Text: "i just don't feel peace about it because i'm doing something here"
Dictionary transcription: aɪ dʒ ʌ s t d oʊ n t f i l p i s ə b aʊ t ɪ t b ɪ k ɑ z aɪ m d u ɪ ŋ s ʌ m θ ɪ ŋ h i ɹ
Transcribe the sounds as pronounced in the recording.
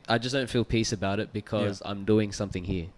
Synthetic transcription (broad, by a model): aɪ dʒ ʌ s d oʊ n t f i l p i s ə b aʊ t ɪ t b ɪ k ɑ z aɪ m d u ɪ ŋ s ʌ m θ ɪ ŋ h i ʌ